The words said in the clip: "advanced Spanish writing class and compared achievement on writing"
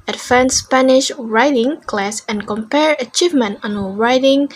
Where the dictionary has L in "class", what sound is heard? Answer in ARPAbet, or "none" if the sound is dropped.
L